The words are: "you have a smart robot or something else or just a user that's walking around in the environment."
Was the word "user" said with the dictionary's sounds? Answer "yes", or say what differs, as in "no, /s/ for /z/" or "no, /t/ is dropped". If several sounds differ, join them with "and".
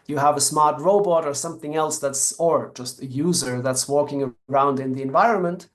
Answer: yes